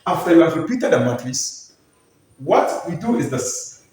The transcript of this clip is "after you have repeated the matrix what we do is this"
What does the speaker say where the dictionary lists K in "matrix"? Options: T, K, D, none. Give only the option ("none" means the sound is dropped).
none